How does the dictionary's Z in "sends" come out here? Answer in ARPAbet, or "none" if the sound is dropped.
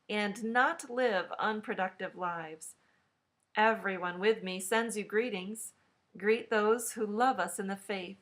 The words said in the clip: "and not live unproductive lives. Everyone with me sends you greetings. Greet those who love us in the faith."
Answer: Z